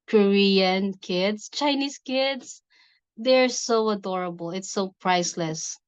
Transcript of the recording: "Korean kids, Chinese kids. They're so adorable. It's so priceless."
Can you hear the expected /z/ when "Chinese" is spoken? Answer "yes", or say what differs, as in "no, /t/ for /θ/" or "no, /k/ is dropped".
no, /s/ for /z/